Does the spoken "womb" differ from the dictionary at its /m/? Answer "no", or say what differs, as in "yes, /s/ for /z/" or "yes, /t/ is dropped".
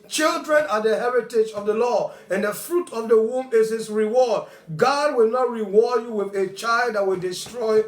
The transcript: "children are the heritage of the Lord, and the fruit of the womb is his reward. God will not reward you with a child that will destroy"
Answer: no